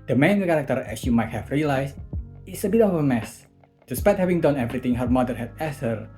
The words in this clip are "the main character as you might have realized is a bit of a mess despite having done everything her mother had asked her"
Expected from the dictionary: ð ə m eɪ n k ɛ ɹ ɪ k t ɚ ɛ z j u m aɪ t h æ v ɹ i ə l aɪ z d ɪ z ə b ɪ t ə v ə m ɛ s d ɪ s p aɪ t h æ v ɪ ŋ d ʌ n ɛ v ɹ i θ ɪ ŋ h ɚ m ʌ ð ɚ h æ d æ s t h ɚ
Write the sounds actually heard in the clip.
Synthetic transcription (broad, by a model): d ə m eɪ n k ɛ ɹ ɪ k t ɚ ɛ s j u m aɪ t h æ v ɹ i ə l aɪ s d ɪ s ə b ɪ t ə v ə m ɛ s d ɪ s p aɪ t h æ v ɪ ŋ d ʌ n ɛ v ɹ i t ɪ ŋ h ɚ m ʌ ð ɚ h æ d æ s h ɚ